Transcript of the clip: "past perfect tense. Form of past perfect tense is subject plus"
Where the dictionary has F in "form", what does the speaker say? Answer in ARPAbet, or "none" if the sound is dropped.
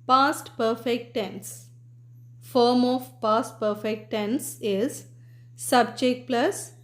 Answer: F